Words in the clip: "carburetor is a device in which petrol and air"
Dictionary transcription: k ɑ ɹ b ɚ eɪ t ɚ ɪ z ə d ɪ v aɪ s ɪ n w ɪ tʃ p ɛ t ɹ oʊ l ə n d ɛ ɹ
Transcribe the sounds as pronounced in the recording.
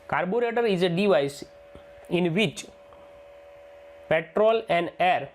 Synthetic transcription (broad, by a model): k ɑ ɹ b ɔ eɪ t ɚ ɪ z ə d ɪ v aɪ s ɪ n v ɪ tʃ p ɛ t ɹ oʊ l ə n d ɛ ɹ